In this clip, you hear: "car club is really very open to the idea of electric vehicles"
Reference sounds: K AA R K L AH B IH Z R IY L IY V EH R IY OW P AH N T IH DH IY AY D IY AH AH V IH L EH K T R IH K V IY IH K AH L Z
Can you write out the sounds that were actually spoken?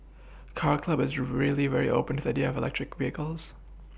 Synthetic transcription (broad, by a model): K AA R K L AH B IH Z R IY L IY V EH R IY OW P AH N T IH DH IY AY D IY AH AH V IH L EH K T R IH K V IY IH K AH L Z